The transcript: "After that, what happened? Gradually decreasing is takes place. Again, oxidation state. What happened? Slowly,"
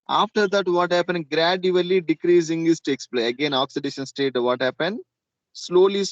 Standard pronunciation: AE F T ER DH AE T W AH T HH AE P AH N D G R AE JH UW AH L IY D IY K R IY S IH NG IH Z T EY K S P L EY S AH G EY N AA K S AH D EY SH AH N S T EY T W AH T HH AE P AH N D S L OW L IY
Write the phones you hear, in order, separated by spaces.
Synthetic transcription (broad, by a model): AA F T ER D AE T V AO T HH AE P AH N D G R AE JH UW AH L IY D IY K R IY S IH NG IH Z T EY K S P L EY AH G EY N AA K S AH D EY SH AH N S T EY T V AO T HH AE P AH N D S L OW L IY